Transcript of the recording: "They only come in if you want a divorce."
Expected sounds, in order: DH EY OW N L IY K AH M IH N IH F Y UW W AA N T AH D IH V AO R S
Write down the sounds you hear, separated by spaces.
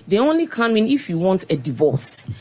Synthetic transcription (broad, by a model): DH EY OW N L IY K AH M IH N IH F Y UW W AA N T AH D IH V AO S